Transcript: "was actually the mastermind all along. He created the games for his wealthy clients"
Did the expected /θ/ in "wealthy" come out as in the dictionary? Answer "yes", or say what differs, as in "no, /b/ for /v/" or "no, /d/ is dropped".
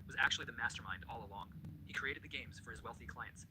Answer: yes